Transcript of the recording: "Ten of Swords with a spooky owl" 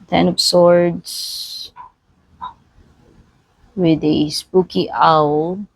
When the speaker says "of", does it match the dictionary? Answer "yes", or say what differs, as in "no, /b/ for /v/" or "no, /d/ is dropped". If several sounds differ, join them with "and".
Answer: no, /p/ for /v/